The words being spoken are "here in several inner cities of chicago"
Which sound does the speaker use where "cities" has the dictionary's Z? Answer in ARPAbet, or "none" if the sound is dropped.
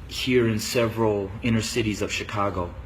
Z